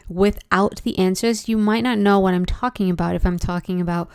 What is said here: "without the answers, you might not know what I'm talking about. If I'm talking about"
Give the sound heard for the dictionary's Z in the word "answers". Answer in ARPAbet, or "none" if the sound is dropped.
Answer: Z